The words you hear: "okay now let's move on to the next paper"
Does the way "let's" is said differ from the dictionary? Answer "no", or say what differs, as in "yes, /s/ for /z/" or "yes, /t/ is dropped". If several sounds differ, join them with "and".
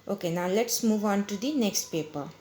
no